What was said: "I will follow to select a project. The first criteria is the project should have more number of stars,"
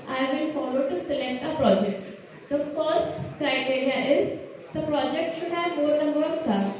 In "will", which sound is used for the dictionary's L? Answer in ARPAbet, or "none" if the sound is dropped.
N